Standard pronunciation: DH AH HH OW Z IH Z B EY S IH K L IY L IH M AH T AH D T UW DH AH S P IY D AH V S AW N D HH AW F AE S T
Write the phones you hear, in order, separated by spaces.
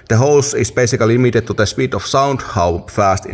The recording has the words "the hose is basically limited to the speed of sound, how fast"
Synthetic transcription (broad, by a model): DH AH HH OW S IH S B EY S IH K L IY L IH M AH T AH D T UW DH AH S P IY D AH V S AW N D HH AW F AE S T